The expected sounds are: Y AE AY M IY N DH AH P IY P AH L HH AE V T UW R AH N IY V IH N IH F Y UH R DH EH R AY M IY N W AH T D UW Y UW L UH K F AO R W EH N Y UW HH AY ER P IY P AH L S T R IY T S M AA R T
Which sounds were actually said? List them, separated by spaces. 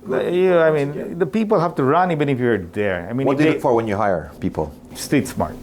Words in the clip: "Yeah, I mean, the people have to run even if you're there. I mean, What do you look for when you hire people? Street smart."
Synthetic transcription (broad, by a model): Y AY M IY N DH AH P IY P AH L HH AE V T UW R AH N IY B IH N IH F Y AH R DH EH R AY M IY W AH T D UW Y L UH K F AO R W EH N Y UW HH AY ER P IY P AH L S T EH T S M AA R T